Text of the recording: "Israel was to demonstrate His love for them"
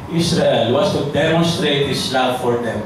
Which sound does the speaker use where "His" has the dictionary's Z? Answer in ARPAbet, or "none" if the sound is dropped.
S